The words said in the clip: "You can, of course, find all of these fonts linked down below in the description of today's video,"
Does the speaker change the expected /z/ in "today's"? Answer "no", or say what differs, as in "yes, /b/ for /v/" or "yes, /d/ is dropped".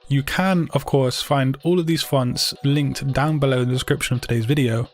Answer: no